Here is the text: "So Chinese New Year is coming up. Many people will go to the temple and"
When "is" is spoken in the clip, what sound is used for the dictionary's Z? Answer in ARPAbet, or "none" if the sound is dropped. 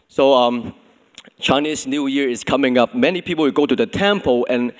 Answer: S